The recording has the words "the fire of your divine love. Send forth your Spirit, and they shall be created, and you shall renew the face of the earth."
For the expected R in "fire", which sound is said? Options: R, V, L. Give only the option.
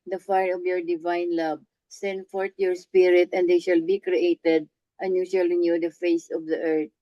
R